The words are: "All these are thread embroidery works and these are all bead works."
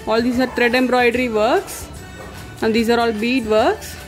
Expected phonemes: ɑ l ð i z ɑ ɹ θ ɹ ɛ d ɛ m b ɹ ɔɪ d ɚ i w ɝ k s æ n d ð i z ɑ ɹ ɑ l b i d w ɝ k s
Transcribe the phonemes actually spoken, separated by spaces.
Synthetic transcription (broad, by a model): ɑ l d i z ɑ ɹ t ɹ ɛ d ɛ m b ɹ ɔɪ d ɚ i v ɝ k s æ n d i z ɑ ɹ ɑ l b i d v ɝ k s